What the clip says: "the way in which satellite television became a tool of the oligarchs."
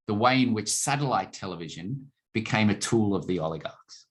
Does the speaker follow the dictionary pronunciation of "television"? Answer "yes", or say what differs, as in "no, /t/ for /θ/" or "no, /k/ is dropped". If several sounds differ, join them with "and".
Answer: yes